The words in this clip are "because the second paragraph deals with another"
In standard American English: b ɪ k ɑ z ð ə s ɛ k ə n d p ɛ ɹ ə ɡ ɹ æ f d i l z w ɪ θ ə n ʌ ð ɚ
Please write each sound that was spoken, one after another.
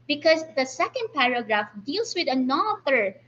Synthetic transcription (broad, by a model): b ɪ k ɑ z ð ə s ɛ k ə n d p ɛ ɹ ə ɡ ɹ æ f d i l s w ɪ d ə n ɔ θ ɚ